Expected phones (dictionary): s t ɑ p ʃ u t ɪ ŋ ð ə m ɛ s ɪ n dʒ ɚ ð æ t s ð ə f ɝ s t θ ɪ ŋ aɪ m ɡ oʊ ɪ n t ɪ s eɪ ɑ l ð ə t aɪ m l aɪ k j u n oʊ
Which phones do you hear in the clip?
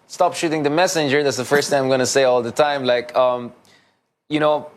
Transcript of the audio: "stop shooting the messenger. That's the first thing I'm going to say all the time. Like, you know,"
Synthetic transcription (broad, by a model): s t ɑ p ʃ u t ɪ ŋ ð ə m ɛ s ɪ n dʒ ɚ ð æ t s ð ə f ɝ s t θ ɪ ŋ aɪ m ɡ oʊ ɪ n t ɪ s eɪ ɑ l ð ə t aɪ m l aɪ k j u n oʊ